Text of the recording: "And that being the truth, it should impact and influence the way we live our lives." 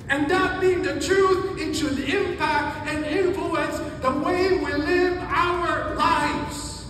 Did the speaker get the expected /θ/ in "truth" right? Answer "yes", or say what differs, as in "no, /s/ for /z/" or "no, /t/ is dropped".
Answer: yes